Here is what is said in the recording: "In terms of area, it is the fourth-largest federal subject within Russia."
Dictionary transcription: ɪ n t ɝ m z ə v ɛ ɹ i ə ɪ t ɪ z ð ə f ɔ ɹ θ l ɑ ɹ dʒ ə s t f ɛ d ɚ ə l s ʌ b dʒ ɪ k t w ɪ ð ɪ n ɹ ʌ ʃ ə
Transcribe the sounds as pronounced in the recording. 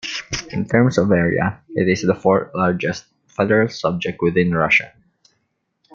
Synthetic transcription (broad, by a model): ɪ n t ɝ m s ə v ɛ ɹ i ə ɪ t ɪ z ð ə f ɔ ɹ t l ɑ ɹ dʒ ə s t f ɛ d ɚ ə l s ʌ b dʒ ɪ k t w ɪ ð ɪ n ɹ ʌ ʃ ə